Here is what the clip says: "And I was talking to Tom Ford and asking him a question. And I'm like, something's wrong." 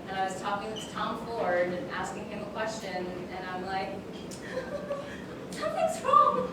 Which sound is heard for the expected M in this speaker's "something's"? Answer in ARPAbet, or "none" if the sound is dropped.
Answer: none